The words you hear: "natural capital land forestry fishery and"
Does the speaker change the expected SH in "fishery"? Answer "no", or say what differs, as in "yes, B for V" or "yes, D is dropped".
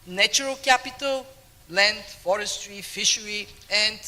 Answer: no